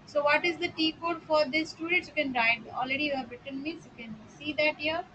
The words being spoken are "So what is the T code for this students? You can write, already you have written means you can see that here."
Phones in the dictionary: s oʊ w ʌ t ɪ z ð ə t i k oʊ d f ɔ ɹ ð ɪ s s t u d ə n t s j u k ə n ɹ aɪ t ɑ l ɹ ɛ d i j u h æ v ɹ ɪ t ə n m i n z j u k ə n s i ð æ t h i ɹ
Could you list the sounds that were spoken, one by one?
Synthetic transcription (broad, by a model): s oʊ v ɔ t ɪ z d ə t i k oʊ d f ɔ ɹ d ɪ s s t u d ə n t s j u k ə n ɹ aɪ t ɑ l ɹ ɛ d i j u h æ b ɹ ɪ t ə n m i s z j u k ə n s i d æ t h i ɹ